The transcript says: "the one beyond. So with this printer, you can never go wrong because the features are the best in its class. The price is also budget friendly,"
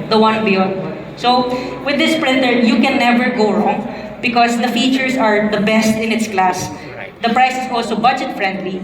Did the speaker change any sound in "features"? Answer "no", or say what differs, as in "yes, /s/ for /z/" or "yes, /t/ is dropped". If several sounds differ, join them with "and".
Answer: yes, /s/ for /z/